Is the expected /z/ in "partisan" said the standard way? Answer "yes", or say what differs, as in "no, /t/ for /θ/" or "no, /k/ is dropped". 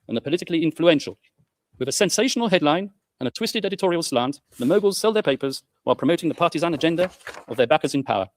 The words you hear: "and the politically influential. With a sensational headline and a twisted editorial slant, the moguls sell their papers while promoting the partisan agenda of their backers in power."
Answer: yes